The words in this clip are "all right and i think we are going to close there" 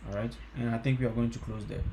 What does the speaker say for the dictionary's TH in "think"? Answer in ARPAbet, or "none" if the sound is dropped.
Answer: T